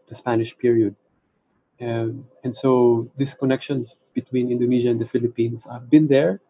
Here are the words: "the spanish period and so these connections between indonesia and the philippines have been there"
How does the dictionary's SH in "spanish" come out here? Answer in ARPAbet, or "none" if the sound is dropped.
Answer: SH